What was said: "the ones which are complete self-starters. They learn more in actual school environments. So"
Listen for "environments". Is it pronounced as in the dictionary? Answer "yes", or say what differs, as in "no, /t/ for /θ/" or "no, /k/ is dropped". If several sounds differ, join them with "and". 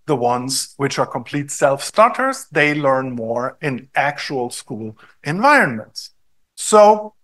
yes